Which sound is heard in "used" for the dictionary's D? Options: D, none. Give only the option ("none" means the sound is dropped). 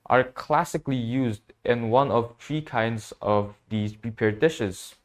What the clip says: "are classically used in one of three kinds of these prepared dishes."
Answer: D